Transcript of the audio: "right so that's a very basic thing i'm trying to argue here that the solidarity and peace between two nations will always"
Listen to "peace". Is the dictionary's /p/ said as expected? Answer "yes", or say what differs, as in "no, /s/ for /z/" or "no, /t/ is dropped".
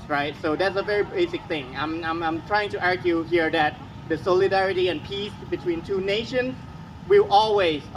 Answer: yes